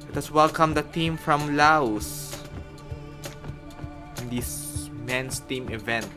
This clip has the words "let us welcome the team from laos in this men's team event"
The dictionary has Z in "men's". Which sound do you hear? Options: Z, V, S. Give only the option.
S